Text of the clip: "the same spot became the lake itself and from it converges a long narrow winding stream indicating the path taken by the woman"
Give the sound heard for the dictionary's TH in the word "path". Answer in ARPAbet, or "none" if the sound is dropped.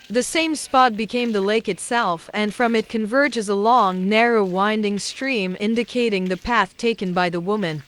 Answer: TH